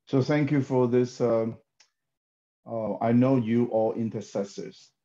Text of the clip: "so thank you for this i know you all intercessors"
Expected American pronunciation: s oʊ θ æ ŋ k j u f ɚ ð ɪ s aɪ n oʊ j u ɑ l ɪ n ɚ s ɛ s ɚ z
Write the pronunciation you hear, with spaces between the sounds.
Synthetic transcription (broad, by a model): s oʊ θ æ ŋ k j u f ɚ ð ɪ s aɪ n oʊ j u ɑ l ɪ n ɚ s ɛ s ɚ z